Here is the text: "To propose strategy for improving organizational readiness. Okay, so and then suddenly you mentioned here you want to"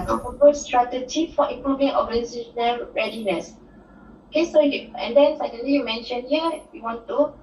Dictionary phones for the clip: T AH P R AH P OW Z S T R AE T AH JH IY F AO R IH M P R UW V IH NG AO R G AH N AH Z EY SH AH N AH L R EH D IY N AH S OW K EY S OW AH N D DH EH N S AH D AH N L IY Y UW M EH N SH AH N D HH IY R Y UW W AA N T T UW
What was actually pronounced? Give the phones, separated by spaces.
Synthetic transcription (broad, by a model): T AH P AH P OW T S T R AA T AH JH IY F AO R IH M P R UW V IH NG AO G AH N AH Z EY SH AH N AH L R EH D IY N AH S OW K EY S OW AH N D EH N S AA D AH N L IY Y UW M EH N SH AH N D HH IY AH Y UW W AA N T T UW